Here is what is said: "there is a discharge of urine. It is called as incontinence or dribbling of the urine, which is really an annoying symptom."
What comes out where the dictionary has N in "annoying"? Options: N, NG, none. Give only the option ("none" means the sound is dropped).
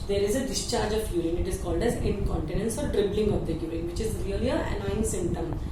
none